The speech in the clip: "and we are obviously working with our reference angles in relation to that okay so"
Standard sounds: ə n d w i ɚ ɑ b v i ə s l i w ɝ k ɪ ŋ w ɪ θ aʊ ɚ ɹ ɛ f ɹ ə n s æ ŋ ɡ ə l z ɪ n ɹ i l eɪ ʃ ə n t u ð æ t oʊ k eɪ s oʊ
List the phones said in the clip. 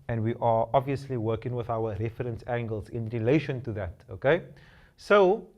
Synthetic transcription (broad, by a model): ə n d w i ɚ ɑ b v i ə s l i w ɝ k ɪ ŋ w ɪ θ aʊ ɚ ɹ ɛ f ɹ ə n s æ ŋ ɡ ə l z ɪ n ɹ i l eɪ ʃ ə n t u ð æ t oʊ k eɪ s oʊ